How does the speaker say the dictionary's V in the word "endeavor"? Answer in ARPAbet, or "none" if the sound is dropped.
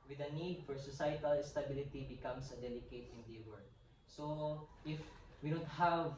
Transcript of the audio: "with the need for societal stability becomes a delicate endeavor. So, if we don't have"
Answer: W